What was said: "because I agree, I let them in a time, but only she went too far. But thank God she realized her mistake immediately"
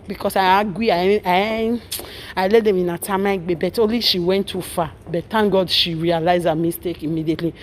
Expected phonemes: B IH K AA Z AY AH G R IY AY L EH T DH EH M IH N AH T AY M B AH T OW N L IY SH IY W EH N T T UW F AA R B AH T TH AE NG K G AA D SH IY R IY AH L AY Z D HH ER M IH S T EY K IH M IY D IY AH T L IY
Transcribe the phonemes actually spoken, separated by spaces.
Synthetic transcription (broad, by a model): B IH K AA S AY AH G IY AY L EH T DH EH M IH N AH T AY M B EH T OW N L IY SH IY W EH N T T UW F AA B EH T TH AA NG G AA D SH IY R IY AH L AY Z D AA M IH S T EY K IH M IY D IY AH T L IY